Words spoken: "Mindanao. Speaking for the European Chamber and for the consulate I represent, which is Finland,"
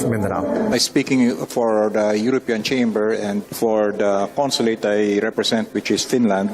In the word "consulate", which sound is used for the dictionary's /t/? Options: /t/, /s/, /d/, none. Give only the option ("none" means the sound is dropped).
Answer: /t/